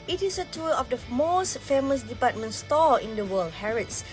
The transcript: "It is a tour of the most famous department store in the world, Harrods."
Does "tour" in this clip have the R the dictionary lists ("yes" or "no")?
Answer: no